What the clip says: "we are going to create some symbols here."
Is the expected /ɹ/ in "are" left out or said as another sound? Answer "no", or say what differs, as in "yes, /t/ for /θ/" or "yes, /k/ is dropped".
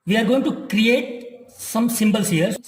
no